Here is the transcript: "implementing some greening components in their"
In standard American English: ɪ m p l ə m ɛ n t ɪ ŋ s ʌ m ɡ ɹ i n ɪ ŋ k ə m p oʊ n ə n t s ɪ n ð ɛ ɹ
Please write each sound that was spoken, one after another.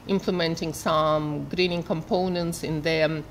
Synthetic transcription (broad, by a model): ɪ m p l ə m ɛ n t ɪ ŋ s ʌ m ɡ ɹ i n ɪ ŋ k ə m p oʊ n ə n t s ɪ n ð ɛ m